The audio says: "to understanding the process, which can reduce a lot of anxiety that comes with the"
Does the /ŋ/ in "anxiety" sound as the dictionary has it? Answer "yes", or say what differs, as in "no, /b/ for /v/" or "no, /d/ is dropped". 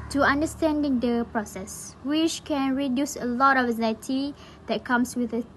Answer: no, /ŋ/ is dropped